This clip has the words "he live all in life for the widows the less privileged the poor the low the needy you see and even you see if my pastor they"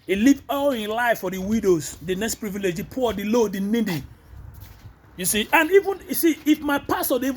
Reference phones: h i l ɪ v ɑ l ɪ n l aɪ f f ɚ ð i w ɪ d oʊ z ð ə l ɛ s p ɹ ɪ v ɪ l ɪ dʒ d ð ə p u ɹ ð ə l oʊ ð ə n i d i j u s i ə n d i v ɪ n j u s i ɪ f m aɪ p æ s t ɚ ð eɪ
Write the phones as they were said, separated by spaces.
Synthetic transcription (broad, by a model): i l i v ɑ l ɪ n l aɪ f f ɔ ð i w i d oʊ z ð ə n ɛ s p ɹ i v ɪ l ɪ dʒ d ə p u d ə l oʊ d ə n i d i j u s i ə n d i v ɪ n j u s i ɪ f m aɪ p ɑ s t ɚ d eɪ